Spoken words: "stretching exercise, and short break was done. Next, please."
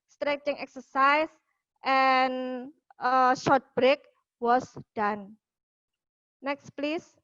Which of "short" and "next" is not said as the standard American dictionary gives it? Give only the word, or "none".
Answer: none